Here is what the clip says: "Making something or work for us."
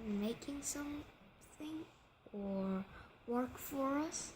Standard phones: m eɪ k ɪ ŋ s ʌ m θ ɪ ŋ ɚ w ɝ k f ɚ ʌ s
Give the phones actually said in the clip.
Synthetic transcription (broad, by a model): m eɪ k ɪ ŋ s ʌ m θ ɪ ŋ ɚ w ɝ k f ɚ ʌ s